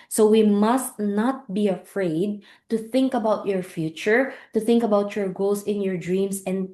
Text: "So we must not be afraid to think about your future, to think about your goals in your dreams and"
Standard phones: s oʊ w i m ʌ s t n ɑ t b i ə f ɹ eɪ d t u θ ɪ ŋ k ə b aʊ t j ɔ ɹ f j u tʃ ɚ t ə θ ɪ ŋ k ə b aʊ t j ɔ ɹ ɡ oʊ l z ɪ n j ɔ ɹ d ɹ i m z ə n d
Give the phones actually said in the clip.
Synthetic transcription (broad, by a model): s oʊ w i m ʌ s t n ɑ t b i ə f ɹ eɪ d t u θ ɪ ŋ k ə b aʊ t j ɔ ɹ f j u tʃ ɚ t ə θ ɪ ŋ k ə b aʊ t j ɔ ɹ ɡ oʊ l s ɪ n j ɔ ɹ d ɹ i m s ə n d